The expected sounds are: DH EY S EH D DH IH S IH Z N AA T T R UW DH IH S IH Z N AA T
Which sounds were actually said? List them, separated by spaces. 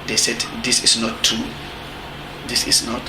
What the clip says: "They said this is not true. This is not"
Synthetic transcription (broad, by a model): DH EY S EH D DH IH S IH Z N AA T T UW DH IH S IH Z N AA T